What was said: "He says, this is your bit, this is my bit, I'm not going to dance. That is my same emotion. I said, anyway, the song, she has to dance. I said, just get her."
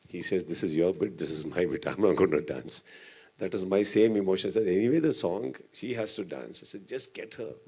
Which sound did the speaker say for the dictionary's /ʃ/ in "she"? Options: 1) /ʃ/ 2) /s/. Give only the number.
1